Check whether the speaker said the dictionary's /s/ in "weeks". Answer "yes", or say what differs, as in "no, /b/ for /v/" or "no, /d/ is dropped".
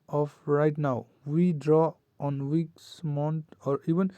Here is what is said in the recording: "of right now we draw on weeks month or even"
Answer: yes